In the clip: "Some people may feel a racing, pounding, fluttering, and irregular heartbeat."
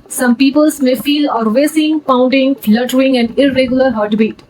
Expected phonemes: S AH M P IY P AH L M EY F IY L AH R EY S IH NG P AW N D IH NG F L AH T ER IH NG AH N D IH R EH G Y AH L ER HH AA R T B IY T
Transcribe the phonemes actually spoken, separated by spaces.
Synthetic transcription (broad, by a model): S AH M P IY P AH L M EY F IY L AH R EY S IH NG P AW N D IH NG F L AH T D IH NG AH N D IH R EH G Y AH L ER HH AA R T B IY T